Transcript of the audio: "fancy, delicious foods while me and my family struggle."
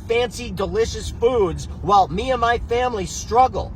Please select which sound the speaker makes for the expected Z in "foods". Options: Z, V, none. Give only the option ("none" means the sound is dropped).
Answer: Z